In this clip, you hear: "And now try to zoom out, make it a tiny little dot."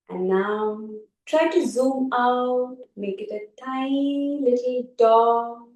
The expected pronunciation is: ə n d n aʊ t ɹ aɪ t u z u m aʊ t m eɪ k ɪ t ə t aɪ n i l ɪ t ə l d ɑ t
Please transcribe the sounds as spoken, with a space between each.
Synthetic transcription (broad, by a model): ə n n aʊ t ɹ aɪ t u z u m aʊ t m eɪ k ɪ t ə t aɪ i l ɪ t l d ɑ